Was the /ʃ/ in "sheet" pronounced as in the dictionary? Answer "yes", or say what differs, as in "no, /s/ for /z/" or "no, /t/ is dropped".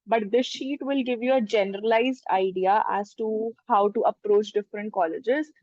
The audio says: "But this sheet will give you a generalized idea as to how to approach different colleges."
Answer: yes